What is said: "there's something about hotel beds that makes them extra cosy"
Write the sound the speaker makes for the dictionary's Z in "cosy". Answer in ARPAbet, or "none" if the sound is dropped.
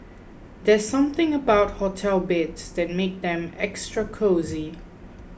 Z